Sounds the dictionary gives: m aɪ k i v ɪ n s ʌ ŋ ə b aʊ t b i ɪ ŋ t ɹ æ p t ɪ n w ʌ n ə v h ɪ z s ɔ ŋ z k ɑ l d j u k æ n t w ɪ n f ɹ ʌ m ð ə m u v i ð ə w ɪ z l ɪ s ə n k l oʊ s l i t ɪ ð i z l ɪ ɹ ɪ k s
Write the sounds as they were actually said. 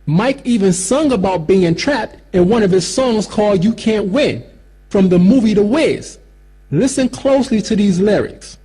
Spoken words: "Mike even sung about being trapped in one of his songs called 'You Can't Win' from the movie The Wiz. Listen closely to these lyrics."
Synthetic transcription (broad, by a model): m aɪ k i v ɪ n s ʌ ŋ ə b aʊ t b i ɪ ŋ t ɹ æ p t ɪ n w ʌ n ə v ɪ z s ɔ ŋ z k ɑ l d j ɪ k æ n t w ɪ n f ɹ ʌ m ð ə m u v i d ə w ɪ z l ɪ s ə n k l oʊ s l i t ɪ ð i z l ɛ ɹ ɪ k s